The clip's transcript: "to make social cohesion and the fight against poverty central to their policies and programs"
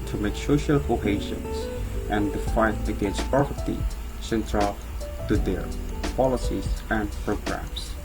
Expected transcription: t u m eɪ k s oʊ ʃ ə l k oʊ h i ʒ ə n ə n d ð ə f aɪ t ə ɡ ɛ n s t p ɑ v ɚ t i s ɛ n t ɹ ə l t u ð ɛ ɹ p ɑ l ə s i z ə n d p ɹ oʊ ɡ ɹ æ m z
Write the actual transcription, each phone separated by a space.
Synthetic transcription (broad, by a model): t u m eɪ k s oʊ ʃ ə l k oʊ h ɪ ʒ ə n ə n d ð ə f aɪ t ə ɡ ɛ n s t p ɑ p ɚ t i s ɛ n t ɹ ə l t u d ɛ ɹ p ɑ l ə s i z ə n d p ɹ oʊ ɡ ɹ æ m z